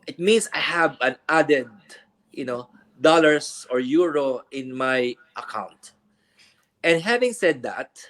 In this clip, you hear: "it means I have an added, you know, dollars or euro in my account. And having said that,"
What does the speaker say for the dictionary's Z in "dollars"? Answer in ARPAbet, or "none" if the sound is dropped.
S